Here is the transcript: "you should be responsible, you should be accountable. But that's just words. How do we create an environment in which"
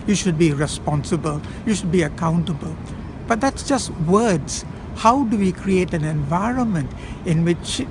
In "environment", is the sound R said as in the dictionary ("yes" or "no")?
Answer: yes